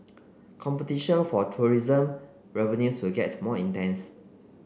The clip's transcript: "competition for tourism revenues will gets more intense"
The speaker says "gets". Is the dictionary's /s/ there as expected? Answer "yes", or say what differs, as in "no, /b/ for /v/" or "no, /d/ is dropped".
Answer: no, /s/ is dropped